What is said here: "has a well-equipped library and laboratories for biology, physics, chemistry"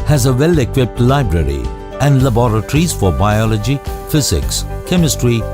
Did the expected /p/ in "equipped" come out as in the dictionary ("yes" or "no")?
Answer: yes